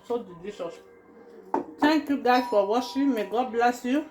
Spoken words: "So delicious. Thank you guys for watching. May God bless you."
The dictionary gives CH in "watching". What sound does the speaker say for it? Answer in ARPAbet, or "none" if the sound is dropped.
SH